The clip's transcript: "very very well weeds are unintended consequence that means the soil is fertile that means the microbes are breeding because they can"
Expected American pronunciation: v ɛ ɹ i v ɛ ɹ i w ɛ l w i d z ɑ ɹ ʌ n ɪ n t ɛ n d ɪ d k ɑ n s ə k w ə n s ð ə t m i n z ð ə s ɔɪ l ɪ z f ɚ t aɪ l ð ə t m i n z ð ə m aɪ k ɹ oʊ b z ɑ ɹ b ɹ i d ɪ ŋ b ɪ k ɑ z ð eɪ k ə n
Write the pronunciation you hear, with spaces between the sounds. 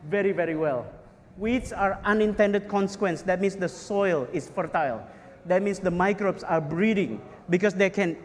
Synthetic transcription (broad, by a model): v ɛ ɹ i v ɛ ɹ i w ɛ l w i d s ɑ ɹ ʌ n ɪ n t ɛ n d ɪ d k ɑ n s ə k w ə n s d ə t m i n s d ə s ɔɪ l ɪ s f ɚ t aɪ l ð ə t m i n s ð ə m aɪ k ɹ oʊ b s ɑ ɹ b ɹ i d ɪ ŋ b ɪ k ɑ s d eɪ k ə n